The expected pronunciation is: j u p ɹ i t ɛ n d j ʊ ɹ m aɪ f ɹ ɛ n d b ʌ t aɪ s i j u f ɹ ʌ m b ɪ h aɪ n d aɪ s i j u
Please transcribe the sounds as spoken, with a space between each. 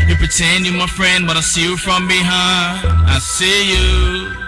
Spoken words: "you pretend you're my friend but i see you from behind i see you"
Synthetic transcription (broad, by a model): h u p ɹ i t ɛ n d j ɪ m aɪ f ɹ ɛ n d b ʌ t aɪ s i j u f ɹ ʌ m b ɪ h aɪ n aɪ s i j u